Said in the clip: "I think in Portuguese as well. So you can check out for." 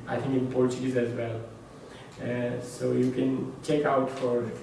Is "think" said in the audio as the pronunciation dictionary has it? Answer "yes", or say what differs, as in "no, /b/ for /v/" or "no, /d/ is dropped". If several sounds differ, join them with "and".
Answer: no, /t/ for /θ/